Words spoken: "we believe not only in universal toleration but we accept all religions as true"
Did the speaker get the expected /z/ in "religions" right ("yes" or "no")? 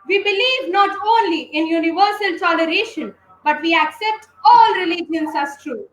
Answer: no